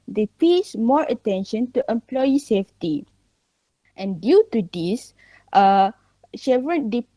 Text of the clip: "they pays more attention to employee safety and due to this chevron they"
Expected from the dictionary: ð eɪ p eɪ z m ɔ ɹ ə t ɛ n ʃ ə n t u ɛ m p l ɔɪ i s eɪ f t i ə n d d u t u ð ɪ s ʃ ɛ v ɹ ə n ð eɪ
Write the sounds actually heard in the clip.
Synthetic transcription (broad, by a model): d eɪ p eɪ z m ɔ ɹ ə t ɛ n ʃ ə n t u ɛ m p l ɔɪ i s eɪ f t i ə n d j u t u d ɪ s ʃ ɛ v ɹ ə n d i